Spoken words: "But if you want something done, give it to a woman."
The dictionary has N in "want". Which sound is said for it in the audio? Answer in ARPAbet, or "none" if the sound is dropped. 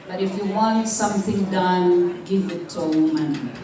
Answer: N